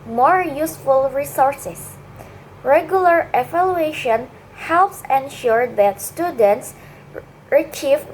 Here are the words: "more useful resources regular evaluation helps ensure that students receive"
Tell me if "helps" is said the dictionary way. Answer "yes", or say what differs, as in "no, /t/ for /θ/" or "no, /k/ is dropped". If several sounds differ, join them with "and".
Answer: yes